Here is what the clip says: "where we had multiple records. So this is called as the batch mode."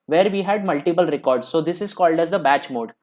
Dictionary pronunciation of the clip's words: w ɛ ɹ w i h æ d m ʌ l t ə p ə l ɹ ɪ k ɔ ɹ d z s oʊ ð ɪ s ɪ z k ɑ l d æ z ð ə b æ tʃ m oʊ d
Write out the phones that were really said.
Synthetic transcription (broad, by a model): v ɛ ɹ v i h æ d m ʌ l t ə p ə l ɹ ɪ k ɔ ɹ d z s oʊ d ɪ s ɪ z k ɑ l d æ z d ə b æ tʃ m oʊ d